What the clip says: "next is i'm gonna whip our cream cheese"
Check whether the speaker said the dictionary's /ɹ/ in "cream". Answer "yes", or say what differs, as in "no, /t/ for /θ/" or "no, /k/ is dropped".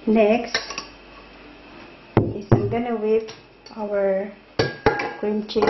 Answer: no, /ɹ/ is dropped